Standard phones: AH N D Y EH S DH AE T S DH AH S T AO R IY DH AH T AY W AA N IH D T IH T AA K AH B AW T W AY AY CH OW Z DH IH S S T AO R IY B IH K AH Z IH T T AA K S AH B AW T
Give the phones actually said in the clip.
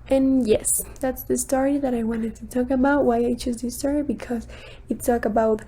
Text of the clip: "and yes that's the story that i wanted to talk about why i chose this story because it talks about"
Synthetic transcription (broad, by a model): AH N Y EH S DH AE T S DH AH S T AO R IY DH AH T AY W AA N IH D T IH T AA K AH B AW T W AY AY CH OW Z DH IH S S T AO R IY B IH K AH Z IH T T AA K AH B AW T